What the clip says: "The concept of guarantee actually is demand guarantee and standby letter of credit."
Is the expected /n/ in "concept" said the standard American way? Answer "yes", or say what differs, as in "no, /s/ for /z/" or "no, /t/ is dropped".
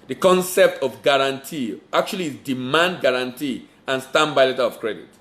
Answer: yes